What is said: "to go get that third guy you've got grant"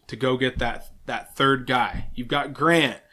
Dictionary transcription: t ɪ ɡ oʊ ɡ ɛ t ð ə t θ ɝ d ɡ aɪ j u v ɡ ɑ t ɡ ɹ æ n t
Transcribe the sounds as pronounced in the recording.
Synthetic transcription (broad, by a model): t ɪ ɡ oʊ ɡ ɛ t ð ə t θ ɝ d ɡ aɪ j u v ɡ ɑ t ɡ ɹ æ n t